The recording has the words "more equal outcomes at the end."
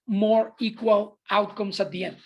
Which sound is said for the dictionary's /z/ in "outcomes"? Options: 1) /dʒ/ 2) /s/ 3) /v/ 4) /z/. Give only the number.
2